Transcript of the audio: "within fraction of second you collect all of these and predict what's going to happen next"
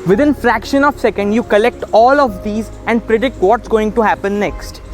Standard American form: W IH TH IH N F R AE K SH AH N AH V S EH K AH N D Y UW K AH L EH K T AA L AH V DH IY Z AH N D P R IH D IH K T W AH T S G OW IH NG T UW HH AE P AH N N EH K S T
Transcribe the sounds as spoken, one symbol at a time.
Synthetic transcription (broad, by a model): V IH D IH N F R AE K SH AH N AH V S EH K AH N D Y UW K AH L EH K T AA L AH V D IY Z AH N D P R IH D IH K T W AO T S G OW IH NG T UW HH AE P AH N N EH K S T